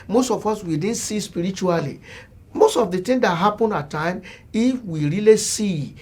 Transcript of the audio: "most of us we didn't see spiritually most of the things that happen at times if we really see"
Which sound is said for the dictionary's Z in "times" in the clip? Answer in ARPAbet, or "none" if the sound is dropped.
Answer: none